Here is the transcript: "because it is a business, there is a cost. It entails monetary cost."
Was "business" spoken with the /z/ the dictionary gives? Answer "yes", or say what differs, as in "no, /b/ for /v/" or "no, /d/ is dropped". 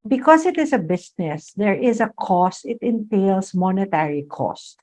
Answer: no, /s/ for /z/